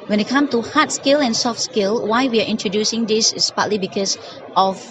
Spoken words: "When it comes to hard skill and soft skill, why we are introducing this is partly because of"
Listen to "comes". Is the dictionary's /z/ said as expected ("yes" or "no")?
no